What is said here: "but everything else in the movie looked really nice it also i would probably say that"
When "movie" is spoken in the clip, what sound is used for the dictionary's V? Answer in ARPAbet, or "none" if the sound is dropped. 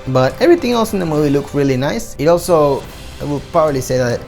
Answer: V